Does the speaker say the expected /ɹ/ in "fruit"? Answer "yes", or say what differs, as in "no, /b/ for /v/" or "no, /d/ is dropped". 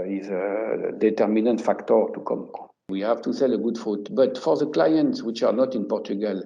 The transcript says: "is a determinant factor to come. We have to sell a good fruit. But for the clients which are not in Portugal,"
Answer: no, /ɹ/ is dropped